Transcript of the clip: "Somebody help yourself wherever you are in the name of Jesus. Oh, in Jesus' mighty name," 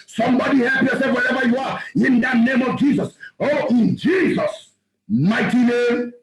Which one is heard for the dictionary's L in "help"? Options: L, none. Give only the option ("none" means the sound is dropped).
none